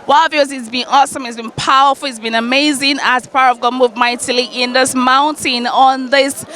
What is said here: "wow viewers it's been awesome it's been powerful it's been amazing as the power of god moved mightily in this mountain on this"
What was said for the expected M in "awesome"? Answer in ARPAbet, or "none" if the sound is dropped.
M